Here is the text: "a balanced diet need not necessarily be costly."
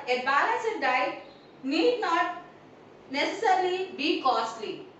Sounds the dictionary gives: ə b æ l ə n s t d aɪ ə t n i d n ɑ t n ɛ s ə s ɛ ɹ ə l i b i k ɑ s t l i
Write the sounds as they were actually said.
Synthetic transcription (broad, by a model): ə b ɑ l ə s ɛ d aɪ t n i d n ɑ t n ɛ s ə s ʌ ɹ l i b i k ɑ s t l i